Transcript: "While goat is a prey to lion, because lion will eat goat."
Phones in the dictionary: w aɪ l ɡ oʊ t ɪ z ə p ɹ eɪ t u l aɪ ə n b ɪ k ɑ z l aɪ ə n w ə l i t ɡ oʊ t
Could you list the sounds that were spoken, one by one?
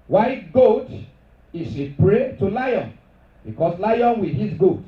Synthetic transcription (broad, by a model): w aɪ ɡ oʊ t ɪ s ə p ɹ eɪ t u l aɪ ə n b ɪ k ɑ s l aɪ ə n w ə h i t ɡ oʊ t